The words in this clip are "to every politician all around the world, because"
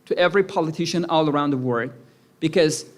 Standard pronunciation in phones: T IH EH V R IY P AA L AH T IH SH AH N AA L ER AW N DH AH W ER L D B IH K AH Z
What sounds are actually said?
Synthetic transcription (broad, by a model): T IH EH V R IY P AA L AH T IH SH AH N AA L ER AW N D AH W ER D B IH K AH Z